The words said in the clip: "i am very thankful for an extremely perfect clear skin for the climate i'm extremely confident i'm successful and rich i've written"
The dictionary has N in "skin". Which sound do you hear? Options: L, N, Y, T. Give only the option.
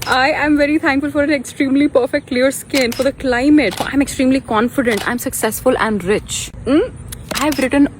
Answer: N